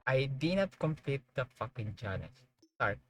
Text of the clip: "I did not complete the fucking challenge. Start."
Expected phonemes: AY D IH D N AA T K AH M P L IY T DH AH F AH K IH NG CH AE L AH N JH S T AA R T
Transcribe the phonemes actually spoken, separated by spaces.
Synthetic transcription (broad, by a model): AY D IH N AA T K AH M P L IY T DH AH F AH K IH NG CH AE N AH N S S T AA R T